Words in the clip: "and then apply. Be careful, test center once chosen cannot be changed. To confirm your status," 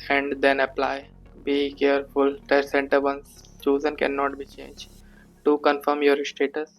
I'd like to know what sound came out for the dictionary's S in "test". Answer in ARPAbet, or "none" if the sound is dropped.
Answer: none